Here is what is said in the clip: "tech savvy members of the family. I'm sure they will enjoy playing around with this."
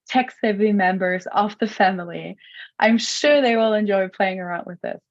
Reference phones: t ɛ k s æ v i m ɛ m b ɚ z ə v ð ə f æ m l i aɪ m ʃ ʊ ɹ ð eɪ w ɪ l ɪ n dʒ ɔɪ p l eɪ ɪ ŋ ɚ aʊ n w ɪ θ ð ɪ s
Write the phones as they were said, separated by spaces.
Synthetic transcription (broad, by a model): t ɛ k s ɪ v i m ɛ m b ɚ z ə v ð ə f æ m l i aɪ m ʃ ʊ ɹ ð eɪ w ɪ l ɪ n dʒ ɔɪ p l eɪ ɪ ŋ ɚ aʊ n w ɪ ð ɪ s